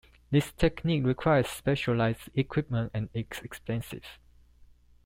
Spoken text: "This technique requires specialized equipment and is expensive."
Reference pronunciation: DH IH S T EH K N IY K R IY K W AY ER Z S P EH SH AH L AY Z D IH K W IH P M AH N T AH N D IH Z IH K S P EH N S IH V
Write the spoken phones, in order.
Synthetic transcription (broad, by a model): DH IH S T EH K N IY K R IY K W AY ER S P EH SH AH L AY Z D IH K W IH P M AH N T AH N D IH S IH K S P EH N S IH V